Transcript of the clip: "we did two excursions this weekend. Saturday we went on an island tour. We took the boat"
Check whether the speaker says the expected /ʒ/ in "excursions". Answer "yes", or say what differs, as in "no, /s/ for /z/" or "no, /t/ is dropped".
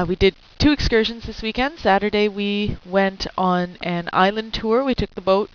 yes